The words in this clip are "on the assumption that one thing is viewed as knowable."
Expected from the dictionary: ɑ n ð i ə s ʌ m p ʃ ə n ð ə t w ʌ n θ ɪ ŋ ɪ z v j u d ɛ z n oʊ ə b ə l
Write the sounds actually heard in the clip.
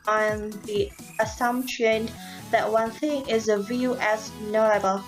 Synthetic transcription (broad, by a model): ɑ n ð i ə s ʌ m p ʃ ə n ð ə t w ʌ n θ ɪ ŋ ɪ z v j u ɛ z n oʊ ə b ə l